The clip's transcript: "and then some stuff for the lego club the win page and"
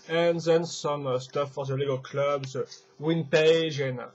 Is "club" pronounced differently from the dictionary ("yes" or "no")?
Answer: no